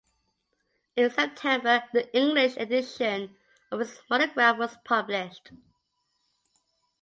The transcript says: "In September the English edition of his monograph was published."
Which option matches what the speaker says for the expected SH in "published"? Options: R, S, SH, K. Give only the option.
SH